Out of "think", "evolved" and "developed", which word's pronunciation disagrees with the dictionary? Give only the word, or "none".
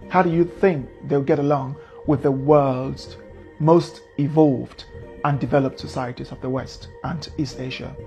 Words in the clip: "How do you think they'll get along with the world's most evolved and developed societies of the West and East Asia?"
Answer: none